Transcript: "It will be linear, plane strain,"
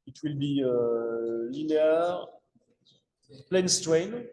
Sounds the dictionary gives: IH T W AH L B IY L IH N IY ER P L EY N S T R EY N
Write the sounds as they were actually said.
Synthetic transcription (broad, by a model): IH T W AH L B IY L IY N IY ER P L EY N S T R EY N